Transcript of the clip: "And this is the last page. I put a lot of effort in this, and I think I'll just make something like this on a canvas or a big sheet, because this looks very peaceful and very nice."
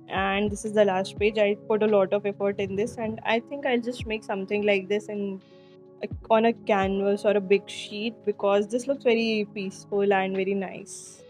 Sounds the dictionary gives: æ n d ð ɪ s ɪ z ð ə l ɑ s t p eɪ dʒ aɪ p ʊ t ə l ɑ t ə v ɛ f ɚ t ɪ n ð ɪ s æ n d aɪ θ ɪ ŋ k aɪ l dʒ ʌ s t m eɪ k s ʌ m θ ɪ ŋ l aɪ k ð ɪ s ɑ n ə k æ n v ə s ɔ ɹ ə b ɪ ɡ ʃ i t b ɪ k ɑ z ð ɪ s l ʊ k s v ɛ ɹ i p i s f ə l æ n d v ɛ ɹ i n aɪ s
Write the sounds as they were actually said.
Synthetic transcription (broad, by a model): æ n d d ɪ s ɪ z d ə l ɑ s t p eɪ dʒ aɪ p ʊ t ə l ɑ t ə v ɛ f ɚ t ɪ n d ɪ s æ n d aɪ t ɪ ŋ k aɪ l dʒ ʌ s t m eɪ k s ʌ m t ɪ ŋ l aɪ k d ɪ s ɑ n ə k æ n v ə s ɔ ɹ ə b ɪ ɡ ʃ i t b ɪ k ɑ z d ɪ s l ʊ k s v ɛ ɹ i p i s f ə l æ n d v ɛ ɹ i n aɪ s